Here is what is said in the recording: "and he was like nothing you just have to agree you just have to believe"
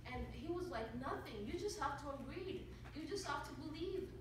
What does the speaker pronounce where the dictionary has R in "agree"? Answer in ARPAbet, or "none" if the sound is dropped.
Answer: R